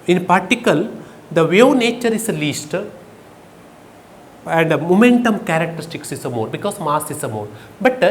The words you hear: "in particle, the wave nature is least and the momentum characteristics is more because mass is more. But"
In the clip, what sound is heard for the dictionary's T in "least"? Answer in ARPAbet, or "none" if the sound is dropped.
T